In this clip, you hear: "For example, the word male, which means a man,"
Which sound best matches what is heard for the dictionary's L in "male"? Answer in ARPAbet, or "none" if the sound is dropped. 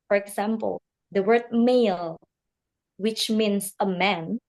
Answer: L